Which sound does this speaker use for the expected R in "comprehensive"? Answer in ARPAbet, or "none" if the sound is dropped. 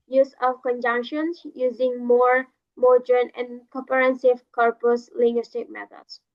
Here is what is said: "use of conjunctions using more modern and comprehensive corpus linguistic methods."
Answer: none